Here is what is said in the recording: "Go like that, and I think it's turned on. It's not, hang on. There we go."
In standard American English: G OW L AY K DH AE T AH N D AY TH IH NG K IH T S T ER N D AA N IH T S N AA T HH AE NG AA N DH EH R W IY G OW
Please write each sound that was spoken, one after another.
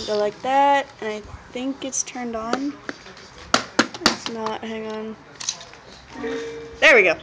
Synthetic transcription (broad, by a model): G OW L AY K DH AE T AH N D AY TH IH NG K IH T S T ER N D N IH T S N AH T HH AE NG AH N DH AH R W IY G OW